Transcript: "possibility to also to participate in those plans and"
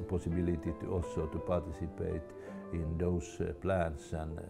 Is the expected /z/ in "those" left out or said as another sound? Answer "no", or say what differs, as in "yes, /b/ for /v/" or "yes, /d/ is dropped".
yes, /s/ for /z/